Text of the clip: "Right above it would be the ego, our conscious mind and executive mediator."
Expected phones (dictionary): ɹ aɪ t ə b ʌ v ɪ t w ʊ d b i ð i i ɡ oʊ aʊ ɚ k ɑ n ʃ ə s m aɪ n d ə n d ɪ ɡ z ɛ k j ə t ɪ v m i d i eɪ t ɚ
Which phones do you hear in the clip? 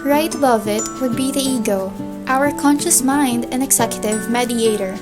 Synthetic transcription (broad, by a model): ɹ aɪ t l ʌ v ɪ t w ʊ d b i ð i i ɡ oʊ aʊ ɚ k ɑ n ʃ ə s m aɪ n d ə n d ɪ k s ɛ k j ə t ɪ v m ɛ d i eɪ t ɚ